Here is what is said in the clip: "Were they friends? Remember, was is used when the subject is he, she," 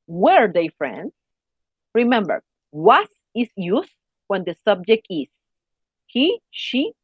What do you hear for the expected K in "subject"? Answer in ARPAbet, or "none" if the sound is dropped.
K